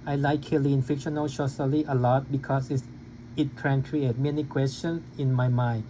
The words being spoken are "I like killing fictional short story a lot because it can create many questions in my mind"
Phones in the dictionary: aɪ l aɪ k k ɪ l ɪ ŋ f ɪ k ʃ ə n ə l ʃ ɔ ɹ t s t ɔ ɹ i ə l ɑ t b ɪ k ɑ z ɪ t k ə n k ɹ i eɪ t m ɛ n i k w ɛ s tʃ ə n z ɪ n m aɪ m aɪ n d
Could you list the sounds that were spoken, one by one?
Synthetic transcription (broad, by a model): aɪ l aɪ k k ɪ l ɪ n f ɪ k ʃ ə n ə l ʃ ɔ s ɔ l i ə l ɑ t b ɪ k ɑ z ɪ t k ə n k ɹ i eɪ t m ɛ n i k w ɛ s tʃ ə n s ɪ n m aɪ m aɪ n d